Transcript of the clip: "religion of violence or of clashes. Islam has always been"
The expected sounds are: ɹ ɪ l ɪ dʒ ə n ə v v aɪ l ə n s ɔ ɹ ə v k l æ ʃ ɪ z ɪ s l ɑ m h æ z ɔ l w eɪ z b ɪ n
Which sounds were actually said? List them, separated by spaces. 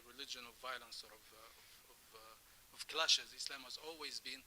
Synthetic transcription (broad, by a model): ɹ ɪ l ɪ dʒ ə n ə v v aɪ l ə n s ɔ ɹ ə v k l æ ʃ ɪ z ɪ s l ɑ m h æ z ɔ l w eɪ z b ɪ n